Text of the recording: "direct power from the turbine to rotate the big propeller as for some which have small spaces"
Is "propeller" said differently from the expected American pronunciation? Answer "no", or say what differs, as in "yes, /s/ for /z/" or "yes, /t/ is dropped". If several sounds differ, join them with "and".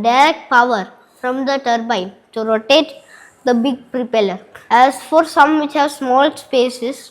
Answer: no